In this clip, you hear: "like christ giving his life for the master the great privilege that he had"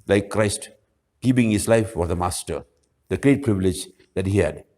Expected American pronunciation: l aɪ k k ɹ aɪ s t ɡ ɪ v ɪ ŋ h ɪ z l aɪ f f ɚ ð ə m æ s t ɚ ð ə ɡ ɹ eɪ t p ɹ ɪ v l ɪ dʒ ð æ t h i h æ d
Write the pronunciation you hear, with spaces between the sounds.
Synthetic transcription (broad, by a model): l aɪ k k ɹ aɪ s t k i p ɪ ŋ h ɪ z l aɪ f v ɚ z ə m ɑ s t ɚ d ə ɡ ɹ eɪ t p ɹ ɪ v l ɪ dʒ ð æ t h i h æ d